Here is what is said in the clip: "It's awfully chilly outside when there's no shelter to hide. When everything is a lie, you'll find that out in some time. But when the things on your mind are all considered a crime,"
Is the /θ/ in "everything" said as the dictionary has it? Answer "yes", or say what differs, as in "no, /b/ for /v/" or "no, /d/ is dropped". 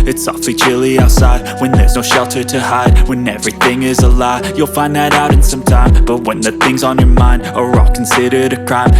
yes